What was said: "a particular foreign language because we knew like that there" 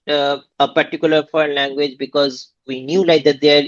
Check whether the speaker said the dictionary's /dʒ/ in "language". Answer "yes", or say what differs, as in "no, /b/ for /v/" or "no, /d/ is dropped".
yes